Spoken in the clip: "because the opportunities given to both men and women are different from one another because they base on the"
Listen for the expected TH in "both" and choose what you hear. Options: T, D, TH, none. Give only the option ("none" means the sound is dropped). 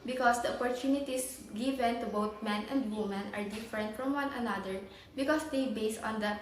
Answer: T